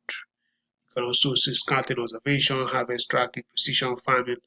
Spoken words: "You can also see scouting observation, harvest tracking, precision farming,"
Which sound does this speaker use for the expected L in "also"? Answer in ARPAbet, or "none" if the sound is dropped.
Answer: none